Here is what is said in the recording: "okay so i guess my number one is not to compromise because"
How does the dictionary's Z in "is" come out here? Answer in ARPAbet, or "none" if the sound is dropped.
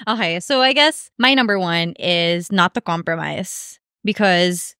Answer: Z